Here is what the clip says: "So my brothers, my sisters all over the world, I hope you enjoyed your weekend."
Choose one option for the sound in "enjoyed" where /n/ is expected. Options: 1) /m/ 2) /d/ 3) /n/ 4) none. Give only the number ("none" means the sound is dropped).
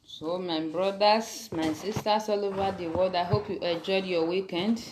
4